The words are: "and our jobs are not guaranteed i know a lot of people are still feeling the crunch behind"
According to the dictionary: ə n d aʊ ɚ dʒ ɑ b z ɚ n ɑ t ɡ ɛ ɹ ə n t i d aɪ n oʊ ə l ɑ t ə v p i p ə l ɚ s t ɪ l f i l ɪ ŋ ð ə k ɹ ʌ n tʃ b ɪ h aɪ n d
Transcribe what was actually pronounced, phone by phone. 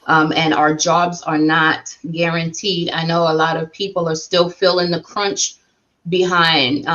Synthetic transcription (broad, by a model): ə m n aʊ ɚ dʒ ɑ b z ɚ n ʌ t ɡ ɛ ɹ ə n t i d aɪ n oʊ ə l ɑ t ə v p i p l ɚ s t ɪ l f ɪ l ɪ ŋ ð ə k ɹ ʌ n tʃ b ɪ h aɪ n d